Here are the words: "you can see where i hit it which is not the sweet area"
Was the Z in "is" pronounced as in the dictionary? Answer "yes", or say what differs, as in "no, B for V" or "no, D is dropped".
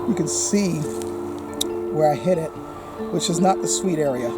yes